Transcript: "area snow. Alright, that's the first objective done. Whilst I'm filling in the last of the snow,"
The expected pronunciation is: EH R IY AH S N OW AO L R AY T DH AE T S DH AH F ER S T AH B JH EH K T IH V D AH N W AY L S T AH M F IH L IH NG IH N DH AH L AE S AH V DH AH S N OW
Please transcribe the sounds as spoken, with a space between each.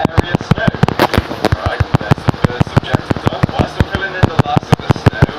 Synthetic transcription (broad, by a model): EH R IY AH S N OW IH R AY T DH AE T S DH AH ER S AH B JH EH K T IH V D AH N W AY S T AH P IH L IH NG IH N DH AH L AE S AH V DH AH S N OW